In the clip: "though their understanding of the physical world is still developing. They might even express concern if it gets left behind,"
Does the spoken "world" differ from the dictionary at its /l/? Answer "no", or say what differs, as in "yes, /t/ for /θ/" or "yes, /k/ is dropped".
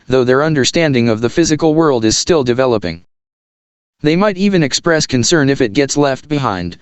no